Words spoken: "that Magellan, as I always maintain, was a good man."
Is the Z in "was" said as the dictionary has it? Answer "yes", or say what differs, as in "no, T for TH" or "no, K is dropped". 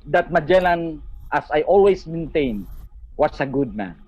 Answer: no, S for Z